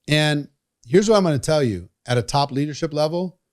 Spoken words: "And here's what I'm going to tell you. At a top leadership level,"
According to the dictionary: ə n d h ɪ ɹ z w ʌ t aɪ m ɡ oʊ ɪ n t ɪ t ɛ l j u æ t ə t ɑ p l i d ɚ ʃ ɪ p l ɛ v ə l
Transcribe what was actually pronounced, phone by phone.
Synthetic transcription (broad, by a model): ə n h ɪ ɹ z w ʌ t aɪ m ɡ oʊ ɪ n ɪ t ɛ l j u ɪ t ə t ɑ p l i d ɚ ʃ ɪ p l ɛ v l